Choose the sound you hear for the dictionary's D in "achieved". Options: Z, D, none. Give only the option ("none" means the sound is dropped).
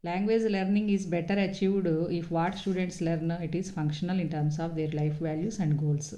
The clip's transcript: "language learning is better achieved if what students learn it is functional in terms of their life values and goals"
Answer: D